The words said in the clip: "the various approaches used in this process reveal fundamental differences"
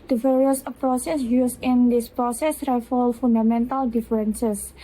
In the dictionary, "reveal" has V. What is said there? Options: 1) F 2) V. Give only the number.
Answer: 1